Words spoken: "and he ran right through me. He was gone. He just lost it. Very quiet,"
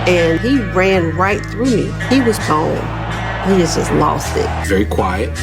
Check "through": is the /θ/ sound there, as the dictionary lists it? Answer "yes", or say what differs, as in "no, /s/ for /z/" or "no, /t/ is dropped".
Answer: yes